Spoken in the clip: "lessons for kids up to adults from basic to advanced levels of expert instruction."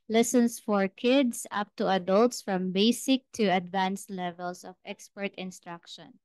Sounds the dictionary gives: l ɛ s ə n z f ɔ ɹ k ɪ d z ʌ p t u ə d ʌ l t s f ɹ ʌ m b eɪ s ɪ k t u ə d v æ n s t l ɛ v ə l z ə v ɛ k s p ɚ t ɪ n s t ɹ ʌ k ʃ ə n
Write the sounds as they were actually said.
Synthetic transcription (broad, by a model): l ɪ s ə n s f ɔ ɹ k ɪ d s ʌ p t u ə d ʌ l t s f ɹ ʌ m b eɪ s ɪ k t u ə d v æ n s l ɛ v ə l s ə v ɛ k s p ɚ t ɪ n s t ɹ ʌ k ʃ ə n